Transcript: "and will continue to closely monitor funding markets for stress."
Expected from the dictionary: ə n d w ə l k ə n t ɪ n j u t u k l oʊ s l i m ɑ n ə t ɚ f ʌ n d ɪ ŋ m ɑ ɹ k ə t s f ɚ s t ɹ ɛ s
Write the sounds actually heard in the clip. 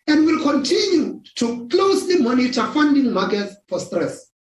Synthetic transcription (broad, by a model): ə n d w ə l k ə n t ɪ n j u t u k l oʊ s l i m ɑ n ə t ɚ f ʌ n d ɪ ŋ m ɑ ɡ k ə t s f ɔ s t ɹ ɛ s